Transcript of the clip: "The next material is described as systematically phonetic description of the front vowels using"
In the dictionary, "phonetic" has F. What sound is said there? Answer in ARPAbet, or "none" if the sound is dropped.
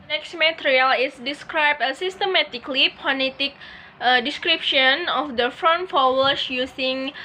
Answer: P